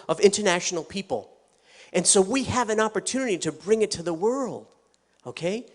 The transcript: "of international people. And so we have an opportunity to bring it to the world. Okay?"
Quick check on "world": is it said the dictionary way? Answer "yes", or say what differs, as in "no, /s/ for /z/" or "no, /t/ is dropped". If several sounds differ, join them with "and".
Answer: yes